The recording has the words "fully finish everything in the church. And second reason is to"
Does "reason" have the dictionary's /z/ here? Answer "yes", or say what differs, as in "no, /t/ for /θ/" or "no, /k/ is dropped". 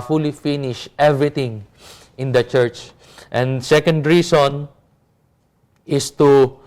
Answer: no, /s/ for /z/